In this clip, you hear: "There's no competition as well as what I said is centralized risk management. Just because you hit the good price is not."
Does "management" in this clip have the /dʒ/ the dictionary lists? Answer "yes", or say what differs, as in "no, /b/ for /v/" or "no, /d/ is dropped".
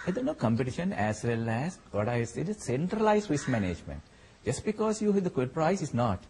yes